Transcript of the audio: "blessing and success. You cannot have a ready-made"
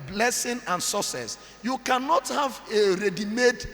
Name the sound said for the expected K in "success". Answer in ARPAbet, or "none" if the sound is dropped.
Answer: none